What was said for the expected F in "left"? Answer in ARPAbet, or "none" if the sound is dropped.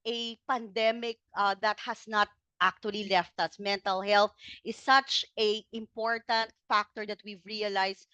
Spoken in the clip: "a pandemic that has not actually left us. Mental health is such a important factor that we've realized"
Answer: F